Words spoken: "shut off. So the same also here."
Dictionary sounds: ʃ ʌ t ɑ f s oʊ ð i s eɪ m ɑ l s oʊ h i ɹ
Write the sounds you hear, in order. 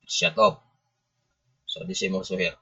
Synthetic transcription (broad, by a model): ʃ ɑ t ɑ p s oʊ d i s eɪ m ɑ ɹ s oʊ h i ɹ